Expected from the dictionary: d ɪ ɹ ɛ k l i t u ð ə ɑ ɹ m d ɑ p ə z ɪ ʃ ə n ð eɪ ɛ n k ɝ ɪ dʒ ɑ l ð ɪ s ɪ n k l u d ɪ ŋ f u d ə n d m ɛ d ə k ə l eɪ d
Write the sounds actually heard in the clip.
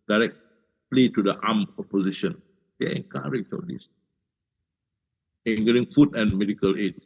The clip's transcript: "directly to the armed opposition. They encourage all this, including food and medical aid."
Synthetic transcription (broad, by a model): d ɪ ɹ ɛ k l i t u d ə ɑ m ɑ p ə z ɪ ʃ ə n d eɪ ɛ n k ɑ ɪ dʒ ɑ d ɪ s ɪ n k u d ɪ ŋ f u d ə n m ɛ d ə k ə l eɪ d